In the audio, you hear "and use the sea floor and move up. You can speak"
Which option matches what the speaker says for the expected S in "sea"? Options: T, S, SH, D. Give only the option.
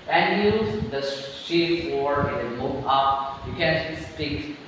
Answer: SH